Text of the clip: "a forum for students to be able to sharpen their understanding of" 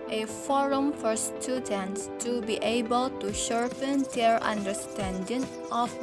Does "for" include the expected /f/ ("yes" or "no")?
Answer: yes